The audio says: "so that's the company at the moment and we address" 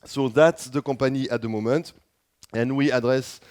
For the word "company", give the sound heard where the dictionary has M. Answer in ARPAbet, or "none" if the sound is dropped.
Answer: none